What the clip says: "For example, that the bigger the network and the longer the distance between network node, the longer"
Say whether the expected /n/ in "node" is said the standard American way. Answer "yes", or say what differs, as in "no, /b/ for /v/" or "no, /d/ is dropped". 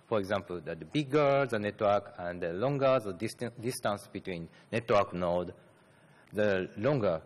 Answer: yes